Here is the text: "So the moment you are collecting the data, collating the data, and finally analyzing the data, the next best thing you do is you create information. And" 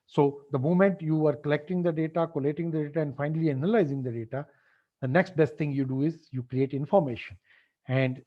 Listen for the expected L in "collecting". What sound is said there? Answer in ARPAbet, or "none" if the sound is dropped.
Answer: L